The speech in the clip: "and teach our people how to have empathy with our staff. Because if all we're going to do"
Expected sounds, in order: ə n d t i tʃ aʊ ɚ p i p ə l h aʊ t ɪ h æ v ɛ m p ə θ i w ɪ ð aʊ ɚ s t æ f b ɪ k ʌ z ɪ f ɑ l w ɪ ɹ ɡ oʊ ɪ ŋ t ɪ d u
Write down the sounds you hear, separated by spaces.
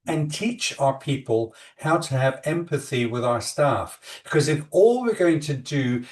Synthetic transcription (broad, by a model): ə n t i tʃ aʊ ɚ p i p ə l h aʊ t ɪ v ɛ m p ə θ i w ɪ ð aʊ ɚ s t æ f b ɪ k ʌ z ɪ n ɑ l w ɪ ɹ ɡ oʊ ɪ ŋ t ɪ d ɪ